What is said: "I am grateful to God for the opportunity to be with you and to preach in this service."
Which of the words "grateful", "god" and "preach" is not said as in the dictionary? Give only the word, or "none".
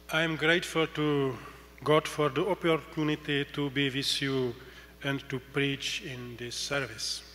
none